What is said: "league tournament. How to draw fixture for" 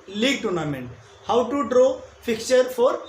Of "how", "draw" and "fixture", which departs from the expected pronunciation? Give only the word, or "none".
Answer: fixture